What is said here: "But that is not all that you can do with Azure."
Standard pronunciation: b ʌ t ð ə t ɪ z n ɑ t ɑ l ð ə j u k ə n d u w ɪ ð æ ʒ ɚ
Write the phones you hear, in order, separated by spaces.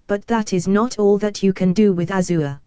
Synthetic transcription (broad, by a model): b ʌ t ð ə t ɪ z n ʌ t ɑ l ð ə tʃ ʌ k ə n d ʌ w ɪ ð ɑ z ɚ